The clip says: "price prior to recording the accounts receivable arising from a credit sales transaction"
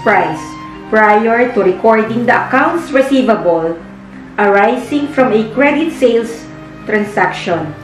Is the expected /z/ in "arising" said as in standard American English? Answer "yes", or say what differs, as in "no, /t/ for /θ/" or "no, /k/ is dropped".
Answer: no, /s/ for /z/